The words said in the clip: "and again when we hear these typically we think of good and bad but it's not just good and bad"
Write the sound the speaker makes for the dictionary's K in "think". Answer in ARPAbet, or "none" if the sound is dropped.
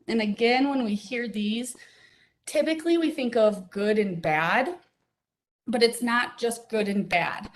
K